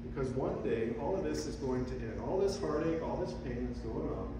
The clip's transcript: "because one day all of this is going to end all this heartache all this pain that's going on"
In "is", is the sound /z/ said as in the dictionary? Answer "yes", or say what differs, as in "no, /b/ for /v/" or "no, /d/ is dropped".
yes